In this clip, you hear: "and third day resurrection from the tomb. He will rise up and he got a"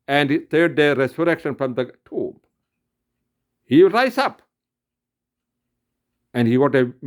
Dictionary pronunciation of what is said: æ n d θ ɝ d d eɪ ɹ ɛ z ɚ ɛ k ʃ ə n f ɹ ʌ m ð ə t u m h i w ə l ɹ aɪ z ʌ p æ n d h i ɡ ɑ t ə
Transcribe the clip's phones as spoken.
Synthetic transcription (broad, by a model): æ n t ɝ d d eɪ ɹ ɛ s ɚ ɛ k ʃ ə n f ɹ ʌ m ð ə t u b h i ɹ aɪ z ʌ p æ n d h i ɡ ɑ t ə